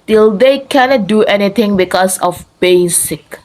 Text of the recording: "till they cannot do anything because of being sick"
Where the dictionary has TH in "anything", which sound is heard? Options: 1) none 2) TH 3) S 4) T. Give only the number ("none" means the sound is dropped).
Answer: 4